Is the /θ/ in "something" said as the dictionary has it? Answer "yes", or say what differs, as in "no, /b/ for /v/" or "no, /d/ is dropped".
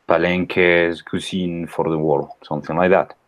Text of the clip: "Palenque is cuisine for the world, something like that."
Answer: yes